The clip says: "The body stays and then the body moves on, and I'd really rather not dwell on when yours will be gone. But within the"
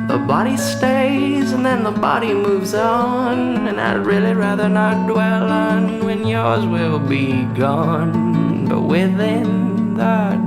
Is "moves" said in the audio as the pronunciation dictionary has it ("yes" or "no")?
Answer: yes